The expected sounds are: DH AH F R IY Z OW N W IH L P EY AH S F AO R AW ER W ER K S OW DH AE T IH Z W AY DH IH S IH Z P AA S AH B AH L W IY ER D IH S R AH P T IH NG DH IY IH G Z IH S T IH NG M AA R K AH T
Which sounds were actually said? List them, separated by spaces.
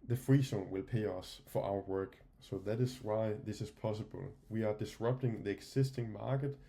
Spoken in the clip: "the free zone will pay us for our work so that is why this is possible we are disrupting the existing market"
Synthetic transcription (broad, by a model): DH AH F R IY S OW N W IH L P EY AH S F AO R AW ER W ER K S OW DH AE T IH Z W AY DH IH S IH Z P AA S AH B AH L W IY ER D IH S R AH P T IH NG DH IY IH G S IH S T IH NG M AA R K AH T